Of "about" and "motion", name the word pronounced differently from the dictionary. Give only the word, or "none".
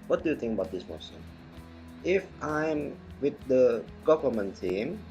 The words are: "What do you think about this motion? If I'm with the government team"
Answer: motion